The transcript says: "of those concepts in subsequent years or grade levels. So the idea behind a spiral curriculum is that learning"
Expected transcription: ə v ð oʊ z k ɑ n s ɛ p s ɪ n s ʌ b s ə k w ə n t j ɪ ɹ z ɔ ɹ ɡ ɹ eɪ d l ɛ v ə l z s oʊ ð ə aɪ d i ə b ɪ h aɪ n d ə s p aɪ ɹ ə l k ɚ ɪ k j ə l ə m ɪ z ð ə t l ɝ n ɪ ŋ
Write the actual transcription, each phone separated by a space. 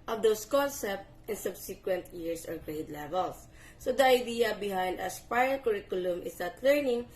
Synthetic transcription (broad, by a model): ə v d oʊ s k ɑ n s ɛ p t ɪ n s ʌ b s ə k w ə n t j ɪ ɹ s ɔ ɹ ɡ ɹ eɪ d l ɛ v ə l s oʊ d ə aɪ d i ə b ɪ h aɪ n d ə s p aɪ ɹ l k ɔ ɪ k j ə l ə m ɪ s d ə t l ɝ n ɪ ŋ